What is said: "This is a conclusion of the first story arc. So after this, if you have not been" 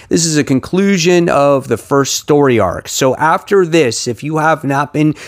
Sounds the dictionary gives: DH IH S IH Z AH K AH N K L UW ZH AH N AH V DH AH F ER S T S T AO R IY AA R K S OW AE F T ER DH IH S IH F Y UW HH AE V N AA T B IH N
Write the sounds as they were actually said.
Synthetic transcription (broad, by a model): DH IH S IH Z AH K AH N K L UW ZH AH N AH V DH AH F ER S T S T AO R IY AA R K S OW AE F T ER DH IH S IH F Y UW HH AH V N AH T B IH N